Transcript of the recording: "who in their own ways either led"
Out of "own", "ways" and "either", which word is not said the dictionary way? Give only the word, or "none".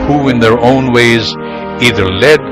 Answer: none